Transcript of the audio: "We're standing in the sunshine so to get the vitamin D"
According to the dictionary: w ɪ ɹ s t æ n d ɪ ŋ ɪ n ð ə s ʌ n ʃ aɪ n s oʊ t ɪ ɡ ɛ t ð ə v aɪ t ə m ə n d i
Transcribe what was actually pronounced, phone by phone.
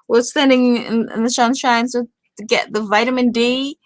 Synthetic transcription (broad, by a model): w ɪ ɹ s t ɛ n d ɪ ŋ ɪ n ð ə ʃ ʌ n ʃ aɪ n s oʊ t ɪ ɡ ɛ t ð ə v aɪ t ə m ə n d i